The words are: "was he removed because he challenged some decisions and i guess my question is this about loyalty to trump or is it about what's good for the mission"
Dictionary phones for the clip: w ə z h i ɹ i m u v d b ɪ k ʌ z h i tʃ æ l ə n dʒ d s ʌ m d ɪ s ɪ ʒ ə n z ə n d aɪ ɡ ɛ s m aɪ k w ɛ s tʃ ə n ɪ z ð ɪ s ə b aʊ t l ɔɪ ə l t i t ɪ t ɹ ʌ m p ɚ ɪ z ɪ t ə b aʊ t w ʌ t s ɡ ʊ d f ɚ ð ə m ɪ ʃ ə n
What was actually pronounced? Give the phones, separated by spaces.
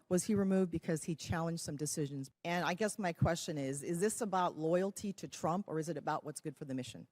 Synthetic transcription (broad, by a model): w ə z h i ɹ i m u v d b ɪ k ʌ z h i tʃ æ l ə n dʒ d s ʌ m d ɪ s ɪ ʒ ə n z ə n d aɪ ɡ ɛ s m aɪ k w ɛ s tʃ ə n ɪ z ð ɪ s ə b aʊ t l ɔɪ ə l t i t ɪ t ɹ ʌ m p ɚ ɪ z ɪ t ə b aʊ t w ʌ t s ɡ ʊ d f ɚ ð ə m ɪ ʃ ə n